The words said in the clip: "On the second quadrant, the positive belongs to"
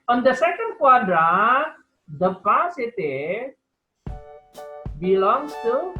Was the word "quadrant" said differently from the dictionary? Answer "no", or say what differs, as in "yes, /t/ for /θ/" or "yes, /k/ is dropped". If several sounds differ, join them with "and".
yes, /n/ is dropped